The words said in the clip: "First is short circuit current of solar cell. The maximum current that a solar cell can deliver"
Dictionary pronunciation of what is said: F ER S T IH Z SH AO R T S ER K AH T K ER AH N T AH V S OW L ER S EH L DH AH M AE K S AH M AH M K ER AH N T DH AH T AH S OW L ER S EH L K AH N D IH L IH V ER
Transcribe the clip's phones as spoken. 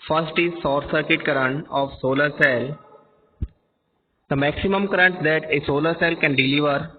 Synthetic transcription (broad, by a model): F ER S T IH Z S AO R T S ER K AH T K ER AH N T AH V S OW L ER S EH L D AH M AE K S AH M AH M K ER AH N T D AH T AH S OW L ER S EH L K AH N D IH L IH V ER